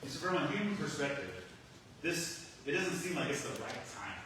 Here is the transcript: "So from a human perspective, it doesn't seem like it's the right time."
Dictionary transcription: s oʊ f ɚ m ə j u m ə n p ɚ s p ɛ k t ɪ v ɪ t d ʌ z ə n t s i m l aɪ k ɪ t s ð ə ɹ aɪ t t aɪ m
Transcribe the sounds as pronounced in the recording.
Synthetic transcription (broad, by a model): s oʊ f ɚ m ə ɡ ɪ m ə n p ɚ s p ɛ k t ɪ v ɪ t d ʌ z ə n t s i m l aɪ k ɪ t s ð ə ɹ aɪ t t aɪ m